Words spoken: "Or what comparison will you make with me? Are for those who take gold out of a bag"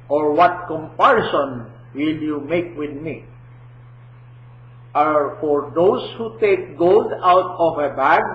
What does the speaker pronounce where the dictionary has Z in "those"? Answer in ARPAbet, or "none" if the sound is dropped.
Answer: S